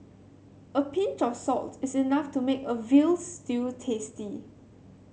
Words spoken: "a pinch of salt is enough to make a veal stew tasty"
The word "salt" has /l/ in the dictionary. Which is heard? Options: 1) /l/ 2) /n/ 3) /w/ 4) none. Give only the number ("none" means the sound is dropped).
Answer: 1